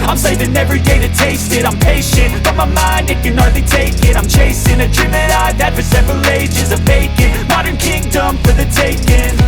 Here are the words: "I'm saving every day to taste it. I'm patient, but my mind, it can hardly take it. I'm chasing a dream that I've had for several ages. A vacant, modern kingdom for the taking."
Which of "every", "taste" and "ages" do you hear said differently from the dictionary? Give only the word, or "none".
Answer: none